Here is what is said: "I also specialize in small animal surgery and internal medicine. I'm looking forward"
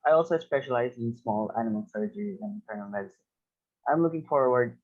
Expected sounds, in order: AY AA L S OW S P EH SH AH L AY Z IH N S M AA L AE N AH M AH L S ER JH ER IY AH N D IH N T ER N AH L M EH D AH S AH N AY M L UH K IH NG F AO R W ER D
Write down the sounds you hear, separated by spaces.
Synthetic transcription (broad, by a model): AY AA L S OW S P EH SH AH L AY Z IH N S M AA L AE N AH M AH L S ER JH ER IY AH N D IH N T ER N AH L M EH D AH S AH N AY M L UH K IH NG F AO R W ER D